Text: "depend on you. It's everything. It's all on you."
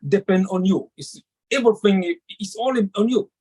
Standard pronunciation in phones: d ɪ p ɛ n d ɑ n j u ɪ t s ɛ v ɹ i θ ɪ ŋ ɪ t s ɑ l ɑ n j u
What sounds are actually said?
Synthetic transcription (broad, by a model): d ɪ p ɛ n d ɑ n j u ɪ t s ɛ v i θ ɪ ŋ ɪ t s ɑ l ɑ n j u